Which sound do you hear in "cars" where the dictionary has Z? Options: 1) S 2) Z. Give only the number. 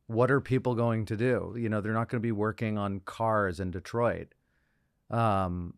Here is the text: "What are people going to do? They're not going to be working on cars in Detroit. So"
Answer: 2